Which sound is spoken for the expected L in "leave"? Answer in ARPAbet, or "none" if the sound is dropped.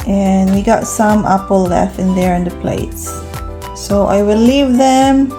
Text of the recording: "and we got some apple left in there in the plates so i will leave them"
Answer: L